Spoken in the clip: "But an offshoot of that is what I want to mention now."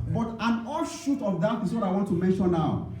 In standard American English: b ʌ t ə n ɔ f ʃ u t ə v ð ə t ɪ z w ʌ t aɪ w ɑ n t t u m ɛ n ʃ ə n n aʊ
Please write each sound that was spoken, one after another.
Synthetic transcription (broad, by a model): b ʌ t ə n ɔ ʃ u t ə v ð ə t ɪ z w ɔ t aɪ w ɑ n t t u m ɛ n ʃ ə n n aʊ